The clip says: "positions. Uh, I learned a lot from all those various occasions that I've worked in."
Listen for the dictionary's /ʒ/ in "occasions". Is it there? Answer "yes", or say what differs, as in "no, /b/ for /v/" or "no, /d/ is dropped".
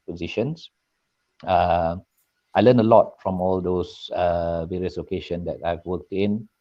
no, /ʃ/ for /ʒ/